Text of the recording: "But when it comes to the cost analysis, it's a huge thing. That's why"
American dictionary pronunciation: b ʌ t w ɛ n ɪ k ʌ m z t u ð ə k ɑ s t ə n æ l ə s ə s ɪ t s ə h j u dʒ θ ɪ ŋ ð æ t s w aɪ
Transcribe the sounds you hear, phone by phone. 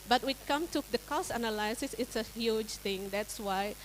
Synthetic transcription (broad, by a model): b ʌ t w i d k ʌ m t u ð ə k ɑ s t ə n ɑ l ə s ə s ɪ t s ə h j u dʒ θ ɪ ŋ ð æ t s w aɪ